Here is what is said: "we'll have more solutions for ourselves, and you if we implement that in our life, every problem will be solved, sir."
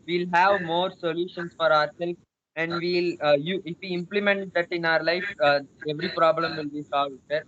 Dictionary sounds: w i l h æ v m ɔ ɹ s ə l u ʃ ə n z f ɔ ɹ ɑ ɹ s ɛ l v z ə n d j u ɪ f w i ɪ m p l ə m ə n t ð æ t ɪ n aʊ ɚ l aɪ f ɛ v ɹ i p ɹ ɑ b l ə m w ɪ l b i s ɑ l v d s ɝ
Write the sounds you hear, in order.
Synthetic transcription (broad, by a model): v i l h æ v m ɔ ɹ s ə l u ʃ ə n s f ɔ ɹ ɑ ɹ s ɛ l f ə n d j u ɪ f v i ɪ m p l ə m ə n t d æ t ɪ n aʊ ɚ l aɪ f ɛ v ɹ i p ɹ ɑ b l ə m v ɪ l b i s ɑ l v d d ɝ